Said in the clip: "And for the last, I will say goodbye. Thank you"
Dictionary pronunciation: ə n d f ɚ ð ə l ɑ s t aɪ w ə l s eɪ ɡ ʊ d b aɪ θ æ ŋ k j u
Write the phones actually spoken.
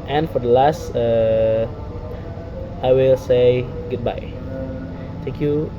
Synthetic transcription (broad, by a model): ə n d f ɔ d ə l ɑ s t aɪ w ə l s eɪ ɡ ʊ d b aɪ t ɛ ŋ k j u